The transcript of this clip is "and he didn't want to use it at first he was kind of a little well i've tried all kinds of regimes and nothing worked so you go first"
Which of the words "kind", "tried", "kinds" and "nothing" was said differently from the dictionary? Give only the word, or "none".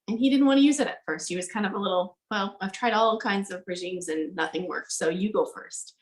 none